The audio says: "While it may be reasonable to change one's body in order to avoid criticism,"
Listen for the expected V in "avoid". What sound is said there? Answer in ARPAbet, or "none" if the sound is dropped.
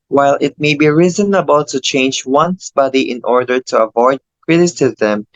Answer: V